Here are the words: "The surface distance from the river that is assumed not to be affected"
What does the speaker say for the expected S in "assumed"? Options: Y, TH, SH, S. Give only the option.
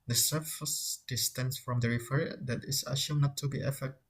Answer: SH